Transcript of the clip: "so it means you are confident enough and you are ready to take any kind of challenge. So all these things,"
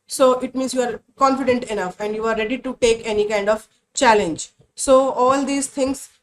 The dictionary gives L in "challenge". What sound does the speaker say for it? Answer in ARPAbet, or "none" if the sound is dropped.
L